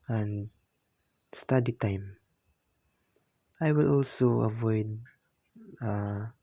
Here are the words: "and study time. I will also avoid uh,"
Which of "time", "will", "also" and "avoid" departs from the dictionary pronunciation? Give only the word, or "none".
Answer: none